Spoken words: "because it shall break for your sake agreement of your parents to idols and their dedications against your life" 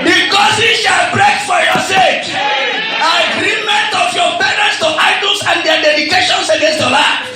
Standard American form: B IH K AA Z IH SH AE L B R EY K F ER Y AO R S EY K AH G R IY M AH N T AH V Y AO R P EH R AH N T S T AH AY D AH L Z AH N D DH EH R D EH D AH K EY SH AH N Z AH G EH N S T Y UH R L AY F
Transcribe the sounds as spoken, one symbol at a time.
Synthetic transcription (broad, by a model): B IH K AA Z IH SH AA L B R EY K F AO Y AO S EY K AH G R IY M AH N T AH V Y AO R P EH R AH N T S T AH AY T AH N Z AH N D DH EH D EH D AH K EY SH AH N S AH G EH N S T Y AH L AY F